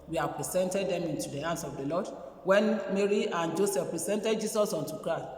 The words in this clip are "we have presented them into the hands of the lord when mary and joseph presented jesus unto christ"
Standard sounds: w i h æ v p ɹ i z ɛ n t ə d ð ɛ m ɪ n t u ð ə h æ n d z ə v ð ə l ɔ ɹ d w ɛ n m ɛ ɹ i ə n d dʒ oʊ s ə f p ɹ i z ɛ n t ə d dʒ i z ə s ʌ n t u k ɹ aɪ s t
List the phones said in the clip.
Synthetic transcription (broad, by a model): w i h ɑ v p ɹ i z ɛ n t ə d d ɛ m ɪ n t u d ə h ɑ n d s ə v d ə l ɔ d w ɛ n m ɛ ɹ i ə n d dʒ oʊ s ə f p ɹ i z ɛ n t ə d dʒ i s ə s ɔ n t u k ɹ aɪ s t